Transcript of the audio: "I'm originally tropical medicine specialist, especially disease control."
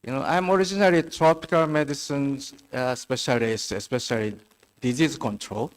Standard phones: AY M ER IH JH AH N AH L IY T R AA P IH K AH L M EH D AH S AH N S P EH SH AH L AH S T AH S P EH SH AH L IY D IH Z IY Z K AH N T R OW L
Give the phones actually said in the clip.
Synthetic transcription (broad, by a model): AY M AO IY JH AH N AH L IY T R AA P IH K AH L M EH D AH S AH N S P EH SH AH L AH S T AH S P EH SH AH L IY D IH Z IY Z K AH N T R OW L